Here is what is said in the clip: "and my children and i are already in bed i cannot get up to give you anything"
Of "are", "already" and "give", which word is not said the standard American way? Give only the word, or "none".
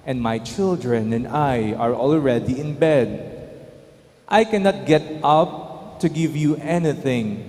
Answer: none